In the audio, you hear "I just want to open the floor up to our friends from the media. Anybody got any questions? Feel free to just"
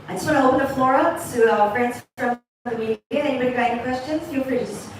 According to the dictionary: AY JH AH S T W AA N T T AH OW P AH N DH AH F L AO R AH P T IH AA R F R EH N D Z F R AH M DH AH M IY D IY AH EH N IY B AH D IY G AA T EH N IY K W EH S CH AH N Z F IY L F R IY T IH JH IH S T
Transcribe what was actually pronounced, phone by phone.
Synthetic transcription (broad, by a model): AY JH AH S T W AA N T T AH OW P AH N DH AH F L AO R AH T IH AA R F R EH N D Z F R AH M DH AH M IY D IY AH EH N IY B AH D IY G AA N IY K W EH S CH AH N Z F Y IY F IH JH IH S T